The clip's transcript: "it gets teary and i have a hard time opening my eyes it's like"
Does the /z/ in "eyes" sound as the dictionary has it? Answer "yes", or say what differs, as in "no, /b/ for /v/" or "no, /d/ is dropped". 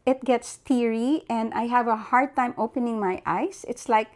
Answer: no, /s/ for /z/